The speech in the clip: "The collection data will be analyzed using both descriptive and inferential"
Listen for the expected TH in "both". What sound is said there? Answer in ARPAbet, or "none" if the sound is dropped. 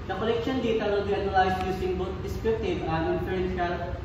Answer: T